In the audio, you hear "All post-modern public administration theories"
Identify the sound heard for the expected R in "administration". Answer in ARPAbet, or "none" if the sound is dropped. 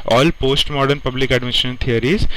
none